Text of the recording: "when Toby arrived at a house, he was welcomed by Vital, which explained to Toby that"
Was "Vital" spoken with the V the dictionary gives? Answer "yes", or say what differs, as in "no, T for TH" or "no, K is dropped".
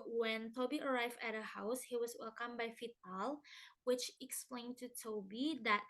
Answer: no, F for V